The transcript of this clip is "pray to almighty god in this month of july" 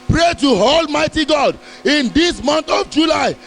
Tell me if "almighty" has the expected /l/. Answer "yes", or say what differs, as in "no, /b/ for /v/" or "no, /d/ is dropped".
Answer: yes